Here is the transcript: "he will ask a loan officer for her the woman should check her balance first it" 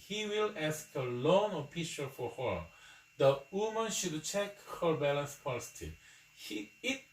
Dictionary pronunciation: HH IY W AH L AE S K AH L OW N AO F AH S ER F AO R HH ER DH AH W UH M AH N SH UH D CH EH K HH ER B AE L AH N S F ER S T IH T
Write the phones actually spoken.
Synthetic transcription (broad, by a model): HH IY W AH L AE S K AH L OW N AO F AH SH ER F AO R HH ER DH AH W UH M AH N SH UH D CH EH K HH ER B AE L AH N S P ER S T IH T